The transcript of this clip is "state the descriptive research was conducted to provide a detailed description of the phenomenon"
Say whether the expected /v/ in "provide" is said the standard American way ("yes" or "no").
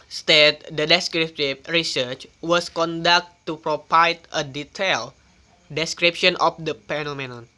no